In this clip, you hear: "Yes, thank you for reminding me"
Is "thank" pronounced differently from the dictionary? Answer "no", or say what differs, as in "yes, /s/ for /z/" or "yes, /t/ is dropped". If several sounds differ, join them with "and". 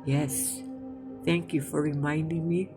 no